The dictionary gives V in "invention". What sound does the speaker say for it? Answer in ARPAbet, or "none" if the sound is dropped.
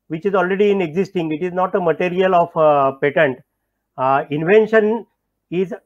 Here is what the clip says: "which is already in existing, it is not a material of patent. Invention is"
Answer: V